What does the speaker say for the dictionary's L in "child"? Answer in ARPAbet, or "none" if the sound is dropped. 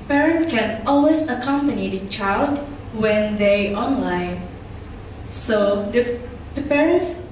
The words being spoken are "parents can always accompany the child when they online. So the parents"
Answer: L